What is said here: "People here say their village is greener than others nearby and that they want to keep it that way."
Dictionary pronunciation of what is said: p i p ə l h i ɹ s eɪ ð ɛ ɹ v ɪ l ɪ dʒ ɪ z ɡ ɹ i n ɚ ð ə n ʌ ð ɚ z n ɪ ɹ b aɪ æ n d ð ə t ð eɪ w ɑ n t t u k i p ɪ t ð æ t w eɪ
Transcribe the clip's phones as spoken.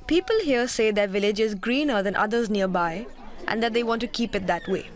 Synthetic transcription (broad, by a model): p i p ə l h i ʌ s eɪ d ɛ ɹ v ɪ l ɪ dʒ ɪ z ɡ ɹ i n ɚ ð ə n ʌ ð ɚ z n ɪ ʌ b aɪ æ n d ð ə t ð eɪ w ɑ n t t u k i p ɪ t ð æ t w eɪ